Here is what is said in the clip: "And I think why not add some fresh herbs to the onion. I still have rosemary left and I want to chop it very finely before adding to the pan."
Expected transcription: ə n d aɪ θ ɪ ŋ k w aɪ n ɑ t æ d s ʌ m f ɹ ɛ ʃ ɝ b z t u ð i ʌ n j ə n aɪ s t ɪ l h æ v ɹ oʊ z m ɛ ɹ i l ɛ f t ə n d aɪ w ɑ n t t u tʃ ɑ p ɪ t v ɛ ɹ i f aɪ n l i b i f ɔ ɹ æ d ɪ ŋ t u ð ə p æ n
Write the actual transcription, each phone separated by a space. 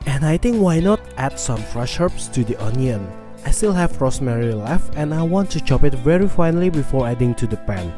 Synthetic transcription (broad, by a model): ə n aɪ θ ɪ ŋ k w aɪ n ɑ t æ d s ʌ m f ɹ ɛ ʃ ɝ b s t u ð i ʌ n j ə n aɪ s t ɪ l h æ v ɹ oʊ s m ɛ ɹ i l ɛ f ə n aɪ w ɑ n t t u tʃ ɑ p ɪ t v ɛ ɹ i f aɪ n l i b i f ɔ ɹ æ d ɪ ŋ t u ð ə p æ n